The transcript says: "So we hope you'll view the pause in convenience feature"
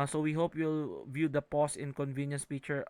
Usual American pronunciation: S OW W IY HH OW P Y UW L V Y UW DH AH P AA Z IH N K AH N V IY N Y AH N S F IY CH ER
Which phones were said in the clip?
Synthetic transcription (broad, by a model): S OW W IY HH OW P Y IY L V Y UW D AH P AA S IH N K AH N V IY N Y AH N S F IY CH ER